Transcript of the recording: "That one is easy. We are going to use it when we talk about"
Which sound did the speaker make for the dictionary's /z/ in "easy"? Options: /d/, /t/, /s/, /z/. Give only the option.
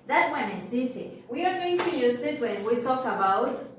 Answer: /s/